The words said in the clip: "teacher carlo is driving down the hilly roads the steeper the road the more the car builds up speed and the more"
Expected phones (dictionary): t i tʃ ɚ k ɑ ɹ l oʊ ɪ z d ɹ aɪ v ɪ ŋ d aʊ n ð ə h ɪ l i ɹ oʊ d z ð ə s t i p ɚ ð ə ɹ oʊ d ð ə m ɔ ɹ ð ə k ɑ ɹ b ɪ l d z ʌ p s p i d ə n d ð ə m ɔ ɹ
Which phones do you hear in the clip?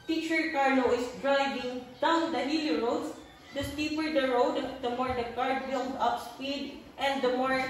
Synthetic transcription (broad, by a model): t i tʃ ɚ k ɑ ɹ n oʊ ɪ s d ɹ aɪ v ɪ ŋ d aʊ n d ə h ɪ l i ɹ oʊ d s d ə s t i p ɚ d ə ɹ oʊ d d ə m ɔ ɹ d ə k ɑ ɹ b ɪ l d ʌ p s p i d ə n d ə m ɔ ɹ